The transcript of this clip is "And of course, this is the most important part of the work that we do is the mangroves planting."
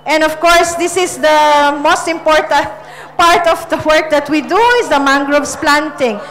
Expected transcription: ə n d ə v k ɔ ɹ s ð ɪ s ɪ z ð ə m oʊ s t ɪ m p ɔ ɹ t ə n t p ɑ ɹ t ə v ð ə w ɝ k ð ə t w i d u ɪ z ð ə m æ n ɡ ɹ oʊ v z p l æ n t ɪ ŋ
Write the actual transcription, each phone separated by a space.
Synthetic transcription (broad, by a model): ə n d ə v k ɔ ɹ s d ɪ s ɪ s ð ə m oʊ s t ɪ m p ɔ ɹ t ə n t p ɑ ɹ t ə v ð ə w ɝ k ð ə t w i d u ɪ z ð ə m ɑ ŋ ɡ ɹ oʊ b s p l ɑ n t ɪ ŋ